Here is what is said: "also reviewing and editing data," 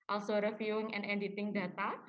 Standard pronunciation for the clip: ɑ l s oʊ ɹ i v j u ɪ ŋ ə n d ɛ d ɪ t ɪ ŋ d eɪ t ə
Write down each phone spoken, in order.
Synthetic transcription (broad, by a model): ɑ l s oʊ ɹ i f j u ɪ ŋ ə n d ɛ d ɪ t ɪ ŋ d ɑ t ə